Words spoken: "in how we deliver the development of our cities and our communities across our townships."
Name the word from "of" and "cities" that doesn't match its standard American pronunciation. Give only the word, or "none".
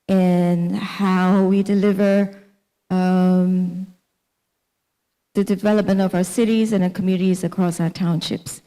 none